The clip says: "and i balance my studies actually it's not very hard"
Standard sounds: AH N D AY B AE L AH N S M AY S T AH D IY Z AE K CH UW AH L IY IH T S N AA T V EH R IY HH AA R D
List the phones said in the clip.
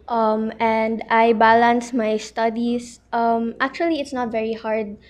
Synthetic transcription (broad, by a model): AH N D AY B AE L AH N S M AY S T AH D IY S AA K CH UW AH L IY IH T S N AA T V EH R IY HH AA R D